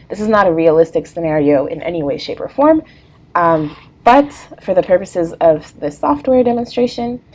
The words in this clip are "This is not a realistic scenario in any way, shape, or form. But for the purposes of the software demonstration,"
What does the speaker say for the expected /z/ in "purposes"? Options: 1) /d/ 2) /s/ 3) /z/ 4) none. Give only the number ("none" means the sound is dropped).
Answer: 3